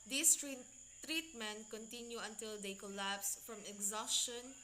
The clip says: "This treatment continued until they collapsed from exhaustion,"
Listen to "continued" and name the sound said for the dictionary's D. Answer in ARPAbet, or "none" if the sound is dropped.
none